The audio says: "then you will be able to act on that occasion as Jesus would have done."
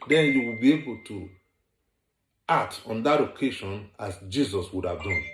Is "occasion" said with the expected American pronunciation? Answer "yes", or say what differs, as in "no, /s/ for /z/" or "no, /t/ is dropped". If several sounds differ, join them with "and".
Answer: no, /ʃ/ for /ʒ/